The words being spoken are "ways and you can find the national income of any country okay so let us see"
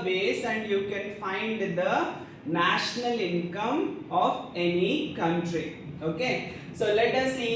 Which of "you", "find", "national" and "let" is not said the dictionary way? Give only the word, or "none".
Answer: none